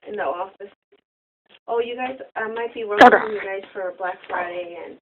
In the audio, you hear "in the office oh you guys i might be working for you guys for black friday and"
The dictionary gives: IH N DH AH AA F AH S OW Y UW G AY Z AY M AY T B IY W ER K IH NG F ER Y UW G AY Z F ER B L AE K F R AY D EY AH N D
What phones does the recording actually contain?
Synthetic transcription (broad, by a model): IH N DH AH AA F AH S OW Y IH G AY Z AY M AY T B IY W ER IH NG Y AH G AY Z F ER B L AE K F R AY D EY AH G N